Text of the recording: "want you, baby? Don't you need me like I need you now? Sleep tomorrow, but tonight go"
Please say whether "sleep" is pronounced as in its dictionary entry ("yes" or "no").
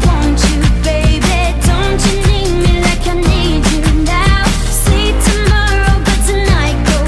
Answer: no